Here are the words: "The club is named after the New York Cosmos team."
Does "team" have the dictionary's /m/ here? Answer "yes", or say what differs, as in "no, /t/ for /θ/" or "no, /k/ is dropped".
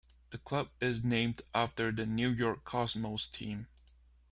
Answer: yes